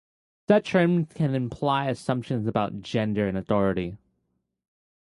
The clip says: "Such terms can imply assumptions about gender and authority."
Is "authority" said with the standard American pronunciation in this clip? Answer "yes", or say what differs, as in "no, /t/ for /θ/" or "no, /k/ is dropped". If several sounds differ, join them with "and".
yes